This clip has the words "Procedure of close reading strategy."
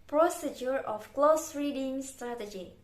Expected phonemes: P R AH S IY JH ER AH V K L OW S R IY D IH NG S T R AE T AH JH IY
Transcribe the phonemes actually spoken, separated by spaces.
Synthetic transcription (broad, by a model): P R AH S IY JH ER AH F K L OW S R IY D IH NG S T R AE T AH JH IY